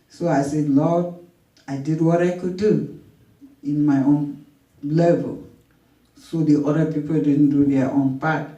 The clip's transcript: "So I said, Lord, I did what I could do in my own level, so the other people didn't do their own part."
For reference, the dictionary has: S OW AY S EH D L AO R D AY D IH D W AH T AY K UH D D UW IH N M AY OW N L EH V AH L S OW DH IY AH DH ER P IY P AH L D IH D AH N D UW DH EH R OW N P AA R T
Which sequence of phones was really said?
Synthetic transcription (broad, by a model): S OW AY S EH D L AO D AY D IH D W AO T AY K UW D D UW IH N M AY OW N L EH V AH L S OW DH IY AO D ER P IY P AH L D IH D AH N D UW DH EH OW N P AA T